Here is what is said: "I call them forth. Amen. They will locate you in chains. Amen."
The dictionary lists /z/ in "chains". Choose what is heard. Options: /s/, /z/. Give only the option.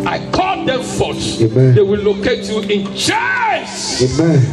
/s/